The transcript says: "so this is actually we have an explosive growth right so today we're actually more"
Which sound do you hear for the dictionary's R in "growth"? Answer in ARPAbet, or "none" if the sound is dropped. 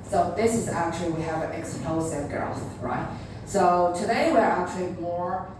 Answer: none